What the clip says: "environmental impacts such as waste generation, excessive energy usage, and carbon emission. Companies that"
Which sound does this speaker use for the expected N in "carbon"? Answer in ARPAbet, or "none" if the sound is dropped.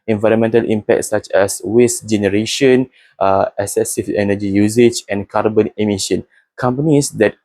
N